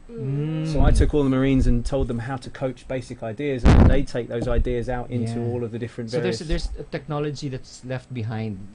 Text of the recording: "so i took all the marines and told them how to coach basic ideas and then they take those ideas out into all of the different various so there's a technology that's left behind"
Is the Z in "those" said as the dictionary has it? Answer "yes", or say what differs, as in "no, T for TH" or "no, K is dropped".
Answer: yes